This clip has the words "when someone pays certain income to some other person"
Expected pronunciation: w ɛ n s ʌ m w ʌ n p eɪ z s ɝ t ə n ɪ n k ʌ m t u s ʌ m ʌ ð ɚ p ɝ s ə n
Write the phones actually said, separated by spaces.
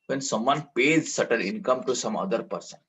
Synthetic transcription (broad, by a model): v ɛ n s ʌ m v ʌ n p eɪ z s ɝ t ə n ɪ n k ʌ m t u s ʌ m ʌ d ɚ p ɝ s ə n